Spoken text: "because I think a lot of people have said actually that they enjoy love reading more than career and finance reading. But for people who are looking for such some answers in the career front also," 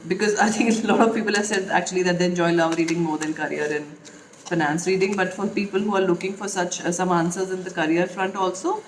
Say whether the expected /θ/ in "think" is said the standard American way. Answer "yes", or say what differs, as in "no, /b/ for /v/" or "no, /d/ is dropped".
no, /t/ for /θ/